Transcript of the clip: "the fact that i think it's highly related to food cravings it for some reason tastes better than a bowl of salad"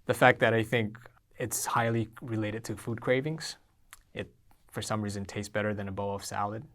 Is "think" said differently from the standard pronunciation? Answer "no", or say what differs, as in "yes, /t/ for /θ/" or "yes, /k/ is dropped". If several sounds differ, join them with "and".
no